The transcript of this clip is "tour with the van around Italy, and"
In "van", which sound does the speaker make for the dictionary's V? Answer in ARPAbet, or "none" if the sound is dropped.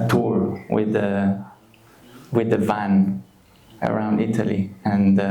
V